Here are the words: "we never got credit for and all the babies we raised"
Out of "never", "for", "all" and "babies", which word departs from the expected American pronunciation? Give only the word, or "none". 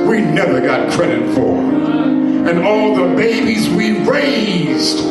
none